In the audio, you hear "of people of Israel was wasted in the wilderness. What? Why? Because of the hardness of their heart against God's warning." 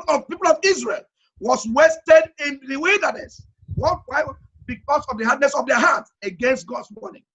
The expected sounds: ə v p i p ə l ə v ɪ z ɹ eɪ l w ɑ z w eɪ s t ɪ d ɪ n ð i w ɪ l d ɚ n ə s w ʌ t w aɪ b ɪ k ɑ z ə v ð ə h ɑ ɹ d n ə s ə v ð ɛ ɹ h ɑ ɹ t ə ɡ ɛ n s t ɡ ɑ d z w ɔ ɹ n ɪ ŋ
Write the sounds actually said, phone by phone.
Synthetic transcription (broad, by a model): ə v p i p ə l ə v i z ɹ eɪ l w ɑ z w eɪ s t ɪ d ɪ n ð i w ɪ l d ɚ n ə s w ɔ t w aɪ b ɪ k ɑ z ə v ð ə h ɑ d n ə s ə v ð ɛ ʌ h ɑ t ə ɡ ɛ n s t ɡ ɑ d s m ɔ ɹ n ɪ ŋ